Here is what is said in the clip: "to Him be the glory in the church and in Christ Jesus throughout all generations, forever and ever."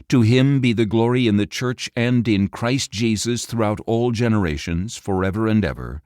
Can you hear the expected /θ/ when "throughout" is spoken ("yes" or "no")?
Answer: yes